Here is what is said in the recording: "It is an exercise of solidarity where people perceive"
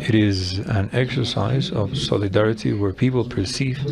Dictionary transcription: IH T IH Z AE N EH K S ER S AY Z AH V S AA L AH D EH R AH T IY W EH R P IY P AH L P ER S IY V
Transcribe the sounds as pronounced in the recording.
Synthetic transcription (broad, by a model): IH T IH Z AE N EH K S ER S AY Z AH V S AA L AH D EH R AH T IY W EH R P IY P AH L P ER S IY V